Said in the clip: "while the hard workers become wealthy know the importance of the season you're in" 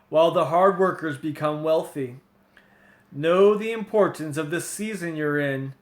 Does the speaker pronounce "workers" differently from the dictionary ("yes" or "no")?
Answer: no